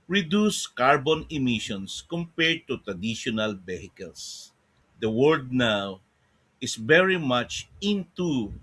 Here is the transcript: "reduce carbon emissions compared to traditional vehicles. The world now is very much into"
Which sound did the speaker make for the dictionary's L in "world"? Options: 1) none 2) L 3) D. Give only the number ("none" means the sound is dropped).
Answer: 1